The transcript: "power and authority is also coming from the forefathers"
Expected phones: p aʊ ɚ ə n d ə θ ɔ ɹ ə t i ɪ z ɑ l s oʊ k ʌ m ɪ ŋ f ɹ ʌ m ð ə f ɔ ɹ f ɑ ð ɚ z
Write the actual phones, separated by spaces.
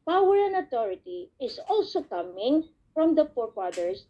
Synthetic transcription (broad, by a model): p aʊ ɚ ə n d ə t ɔ ɹ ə t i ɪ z ɑ l s oʊ k ʌ m ɪ ŋ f ɹ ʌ m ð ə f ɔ ɹ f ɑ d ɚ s